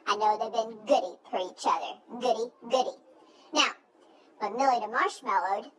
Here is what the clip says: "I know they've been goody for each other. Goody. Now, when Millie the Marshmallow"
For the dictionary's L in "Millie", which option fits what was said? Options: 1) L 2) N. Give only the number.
1